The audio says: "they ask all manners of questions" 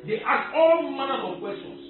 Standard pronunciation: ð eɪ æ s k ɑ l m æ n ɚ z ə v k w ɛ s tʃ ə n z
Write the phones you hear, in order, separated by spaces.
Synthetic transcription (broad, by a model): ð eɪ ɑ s ɑ l m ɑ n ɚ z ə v k w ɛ s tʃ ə n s